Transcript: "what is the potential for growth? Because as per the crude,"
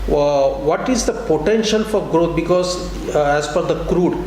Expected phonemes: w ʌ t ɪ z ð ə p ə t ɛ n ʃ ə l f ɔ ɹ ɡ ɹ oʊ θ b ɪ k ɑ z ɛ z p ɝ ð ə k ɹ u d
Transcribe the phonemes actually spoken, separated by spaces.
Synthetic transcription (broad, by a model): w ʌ t ɪ z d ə p ə t ɛ n ʃ ə l f ɔ ɹ ɡ ɹ oʊ t b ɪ k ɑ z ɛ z f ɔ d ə k ɹ u d